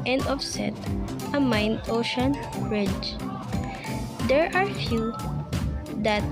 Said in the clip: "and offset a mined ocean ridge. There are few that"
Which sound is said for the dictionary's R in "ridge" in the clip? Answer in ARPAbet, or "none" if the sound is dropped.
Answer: R